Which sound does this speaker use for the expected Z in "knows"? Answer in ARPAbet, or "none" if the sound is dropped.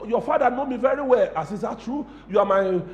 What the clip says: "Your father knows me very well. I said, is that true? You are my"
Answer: none